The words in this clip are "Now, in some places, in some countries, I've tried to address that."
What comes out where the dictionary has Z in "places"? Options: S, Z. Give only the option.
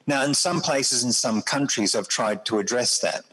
Z